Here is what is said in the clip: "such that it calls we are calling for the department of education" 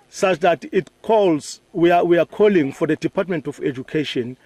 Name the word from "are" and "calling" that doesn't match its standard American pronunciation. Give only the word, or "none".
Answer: are